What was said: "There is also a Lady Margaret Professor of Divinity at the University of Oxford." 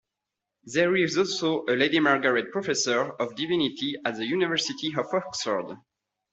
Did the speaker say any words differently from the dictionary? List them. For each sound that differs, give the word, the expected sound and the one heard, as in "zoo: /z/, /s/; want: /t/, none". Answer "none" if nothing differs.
none